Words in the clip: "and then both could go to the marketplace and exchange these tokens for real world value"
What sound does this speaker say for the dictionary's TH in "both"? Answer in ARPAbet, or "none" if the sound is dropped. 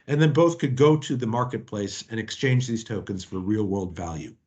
TH